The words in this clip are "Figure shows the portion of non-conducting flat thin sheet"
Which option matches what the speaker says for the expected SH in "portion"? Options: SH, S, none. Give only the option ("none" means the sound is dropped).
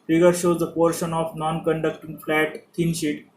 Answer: SH